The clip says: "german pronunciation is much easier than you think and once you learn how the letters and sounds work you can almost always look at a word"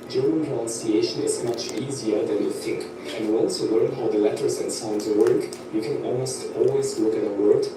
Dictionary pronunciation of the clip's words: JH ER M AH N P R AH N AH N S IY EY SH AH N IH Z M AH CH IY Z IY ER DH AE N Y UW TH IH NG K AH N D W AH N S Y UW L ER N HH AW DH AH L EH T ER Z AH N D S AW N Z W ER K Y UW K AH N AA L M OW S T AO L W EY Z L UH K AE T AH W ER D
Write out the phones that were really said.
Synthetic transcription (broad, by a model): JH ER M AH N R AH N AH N S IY EY SH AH N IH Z M AH CH IY Z IY ER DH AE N Y UW TH IH NG K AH N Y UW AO L S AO L ER N HH AW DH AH L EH T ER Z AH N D S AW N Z W ER K Y UW K AH N AA L M OW S T AO L W EY Z L UH K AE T AH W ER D